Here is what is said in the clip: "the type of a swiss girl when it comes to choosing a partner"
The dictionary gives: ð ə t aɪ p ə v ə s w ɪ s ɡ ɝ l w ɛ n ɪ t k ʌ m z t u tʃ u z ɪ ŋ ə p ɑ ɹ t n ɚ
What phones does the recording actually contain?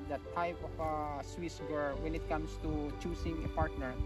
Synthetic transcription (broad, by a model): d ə t aɪ p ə f ə s w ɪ s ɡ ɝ w ɛ n ɪ t k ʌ m s t u tʃ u s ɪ ŋ ə p ɑ ɹ t n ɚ